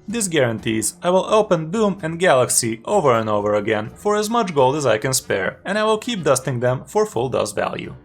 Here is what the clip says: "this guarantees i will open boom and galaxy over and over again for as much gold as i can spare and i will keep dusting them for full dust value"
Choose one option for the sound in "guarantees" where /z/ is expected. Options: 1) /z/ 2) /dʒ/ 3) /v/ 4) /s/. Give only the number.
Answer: 1